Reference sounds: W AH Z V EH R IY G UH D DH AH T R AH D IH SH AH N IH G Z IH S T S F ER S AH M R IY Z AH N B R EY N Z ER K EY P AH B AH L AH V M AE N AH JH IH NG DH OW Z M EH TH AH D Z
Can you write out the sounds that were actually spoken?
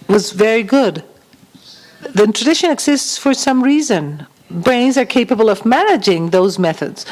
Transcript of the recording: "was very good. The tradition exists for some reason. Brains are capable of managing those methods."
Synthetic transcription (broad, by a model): W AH Z V EH R IY G UH D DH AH T R AH D IH SH AH N IH G Z IH S T S F ER S AH M R IY Z AH N B R EY N Z ER K EY P AH B AH L AH V M AE N AH JH IH NG DH OW Z M EH TH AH D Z